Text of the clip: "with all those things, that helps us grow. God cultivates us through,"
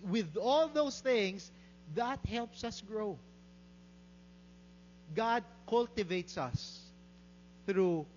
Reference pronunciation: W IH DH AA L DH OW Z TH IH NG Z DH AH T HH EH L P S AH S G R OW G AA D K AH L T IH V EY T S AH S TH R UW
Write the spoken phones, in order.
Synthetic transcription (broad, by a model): W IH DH AA L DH OW S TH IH NG S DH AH T HH EH L P S AH S G R OW G AA D K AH L T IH V EY T S AH S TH R UW